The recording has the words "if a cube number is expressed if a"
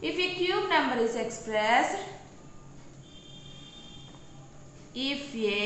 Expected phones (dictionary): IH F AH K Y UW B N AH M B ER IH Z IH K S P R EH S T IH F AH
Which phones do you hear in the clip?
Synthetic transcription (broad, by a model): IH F AH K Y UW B N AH M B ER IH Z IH K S P R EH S IH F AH